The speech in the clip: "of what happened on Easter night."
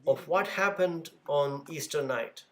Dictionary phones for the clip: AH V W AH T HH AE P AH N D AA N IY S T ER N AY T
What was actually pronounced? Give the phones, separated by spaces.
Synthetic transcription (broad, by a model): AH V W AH T HH AE P AH N D AA N IY S T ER N AY T